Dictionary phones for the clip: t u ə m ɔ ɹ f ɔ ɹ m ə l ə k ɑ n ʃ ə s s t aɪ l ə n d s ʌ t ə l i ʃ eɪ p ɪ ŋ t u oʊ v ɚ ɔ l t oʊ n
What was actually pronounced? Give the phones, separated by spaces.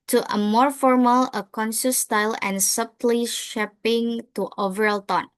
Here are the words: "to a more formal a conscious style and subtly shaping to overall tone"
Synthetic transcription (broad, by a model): t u ə m ɔ ɹ f ɔ ɹ m ə l ə k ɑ n s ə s s t aɪ l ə n s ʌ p l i ʃ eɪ p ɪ ŋ t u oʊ v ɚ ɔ l t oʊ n